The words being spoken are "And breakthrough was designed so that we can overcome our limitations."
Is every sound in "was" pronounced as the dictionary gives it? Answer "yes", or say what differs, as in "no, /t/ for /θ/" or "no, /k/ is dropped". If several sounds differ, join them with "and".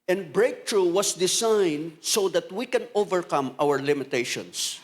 no, /s/ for /z/